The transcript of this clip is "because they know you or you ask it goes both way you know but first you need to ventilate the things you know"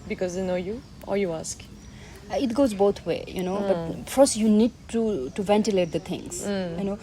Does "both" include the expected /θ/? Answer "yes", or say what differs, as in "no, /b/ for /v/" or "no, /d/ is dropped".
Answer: no, /t/ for /θ/